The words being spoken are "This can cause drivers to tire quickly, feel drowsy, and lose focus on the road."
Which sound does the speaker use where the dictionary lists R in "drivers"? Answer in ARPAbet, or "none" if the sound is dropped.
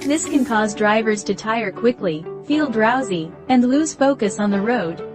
R